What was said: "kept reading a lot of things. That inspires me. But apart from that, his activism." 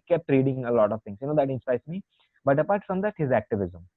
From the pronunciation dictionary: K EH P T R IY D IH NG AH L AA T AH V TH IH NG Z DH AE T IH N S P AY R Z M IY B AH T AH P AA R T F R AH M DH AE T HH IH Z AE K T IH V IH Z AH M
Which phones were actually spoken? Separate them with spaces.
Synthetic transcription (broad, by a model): K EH P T R IY D IH NG AH L AA T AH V T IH NG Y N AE T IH N S P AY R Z M IY B AH T AH P AA R T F R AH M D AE T HH IH Z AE K T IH V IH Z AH M